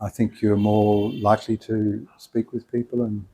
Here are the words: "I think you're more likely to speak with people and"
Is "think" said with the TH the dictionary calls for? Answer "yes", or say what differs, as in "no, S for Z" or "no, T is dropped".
yes